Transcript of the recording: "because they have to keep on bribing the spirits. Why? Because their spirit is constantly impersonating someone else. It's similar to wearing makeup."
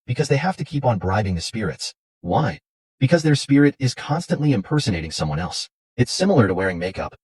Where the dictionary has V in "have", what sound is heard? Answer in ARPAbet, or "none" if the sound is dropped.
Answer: F